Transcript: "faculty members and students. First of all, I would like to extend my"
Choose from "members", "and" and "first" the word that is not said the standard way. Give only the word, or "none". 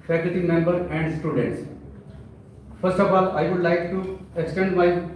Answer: members